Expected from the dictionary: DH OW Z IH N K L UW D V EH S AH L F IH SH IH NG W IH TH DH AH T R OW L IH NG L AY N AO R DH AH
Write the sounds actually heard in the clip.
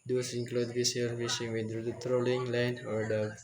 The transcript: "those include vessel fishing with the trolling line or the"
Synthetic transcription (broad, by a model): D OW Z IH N K L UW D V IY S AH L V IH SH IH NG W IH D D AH T R OW L IH NG L AY N AO R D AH